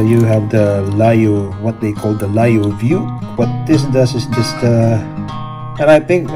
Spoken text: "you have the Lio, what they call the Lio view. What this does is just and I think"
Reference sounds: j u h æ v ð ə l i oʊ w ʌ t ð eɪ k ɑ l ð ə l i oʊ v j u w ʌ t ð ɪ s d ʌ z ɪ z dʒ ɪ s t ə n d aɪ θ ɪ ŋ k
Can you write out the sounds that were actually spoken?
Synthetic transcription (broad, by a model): j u h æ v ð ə l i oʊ w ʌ t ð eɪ k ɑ l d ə l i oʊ v j u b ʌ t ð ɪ s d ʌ s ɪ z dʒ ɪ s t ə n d aɪ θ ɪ ŋ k